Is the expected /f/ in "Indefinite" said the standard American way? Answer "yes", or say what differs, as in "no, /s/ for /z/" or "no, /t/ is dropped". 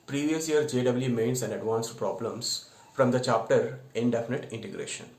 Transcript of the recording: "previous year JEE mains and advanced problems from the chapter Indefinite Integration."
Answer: yes